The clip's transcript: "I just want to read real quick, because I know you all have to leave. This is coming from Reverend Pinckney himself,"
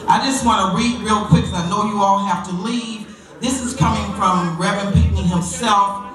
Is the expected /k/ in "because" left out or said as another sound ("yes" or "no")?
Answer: yes